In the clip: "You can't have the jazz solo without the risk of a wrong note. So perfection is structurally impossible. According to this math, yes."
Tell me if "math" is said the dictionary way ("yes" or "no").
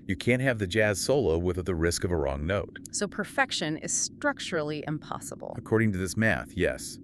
yes